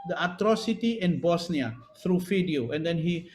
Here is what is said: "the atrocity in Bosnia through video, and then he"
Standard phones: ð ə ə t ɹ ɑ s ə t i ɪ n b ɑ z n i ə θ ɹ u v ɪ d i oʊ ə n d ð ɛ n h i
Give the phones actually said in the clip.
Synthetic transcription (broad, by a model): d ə ə t ɹ ɑ s ə t i ɪ n b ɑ s n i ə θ ɹ u f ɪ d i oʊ ə n d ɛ n h i